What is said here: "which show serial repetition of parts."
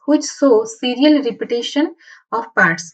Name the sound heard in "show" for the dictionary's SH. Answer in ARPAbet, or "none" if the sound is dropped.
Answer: S